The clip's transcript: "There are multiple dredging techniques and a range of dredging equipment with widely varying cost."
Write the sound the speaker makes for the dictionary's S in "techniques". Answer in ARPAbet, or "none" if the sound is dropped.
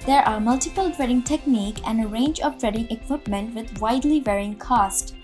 none